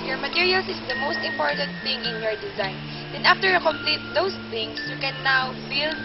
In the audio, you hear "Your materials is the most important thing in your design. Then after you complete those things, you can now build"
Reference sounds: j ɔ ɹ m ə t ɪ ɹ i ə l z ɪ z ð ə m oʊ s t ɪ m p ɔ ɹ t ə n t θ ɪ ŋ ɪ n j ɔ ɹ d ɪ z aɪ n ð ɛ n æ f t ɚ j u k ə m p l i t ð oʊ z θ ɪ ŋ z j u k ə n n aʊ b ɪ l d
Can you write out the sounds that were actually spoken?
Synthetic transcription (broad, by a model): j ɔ ɹ m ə t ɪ ɹ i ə l s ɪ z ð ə m oʊ s t ɪ m p ɔ ɹ t ə n t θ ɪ ŋ ɪ n j ɔ ɹ d ɪ z aɪ n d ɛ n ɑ f t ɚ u k ə m p l i t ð oʊ s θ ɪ ŋ s j u k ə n n aʊ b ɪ l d